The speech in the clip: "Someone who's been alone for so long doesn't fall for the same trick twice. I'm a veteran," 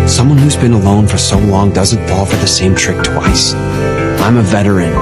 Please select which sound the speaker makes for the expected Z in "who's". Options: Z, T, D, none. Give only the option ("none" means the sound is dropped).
Z